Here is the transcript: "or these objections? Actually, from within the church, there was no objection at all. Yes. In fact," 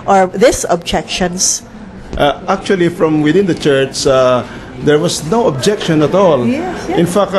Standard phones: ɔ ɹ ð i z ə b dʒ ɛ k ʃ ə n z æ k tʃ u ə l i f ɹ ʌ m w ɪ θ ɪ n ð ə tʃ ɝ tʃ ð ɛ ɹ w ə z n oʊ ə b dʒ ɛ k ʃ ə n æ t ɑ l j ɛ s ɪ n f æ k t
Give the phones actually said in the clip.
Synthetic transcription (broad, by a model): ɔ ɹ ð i s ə b dʒ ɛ k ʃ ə n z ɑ k tʃ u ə l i f ɹ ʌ m w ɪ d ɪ n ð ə tʃ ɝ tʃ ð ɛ ɹ w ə s n oʊ ə b dʒ ɛ k ʃ ə n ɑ t ɑ l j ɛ ɪ n f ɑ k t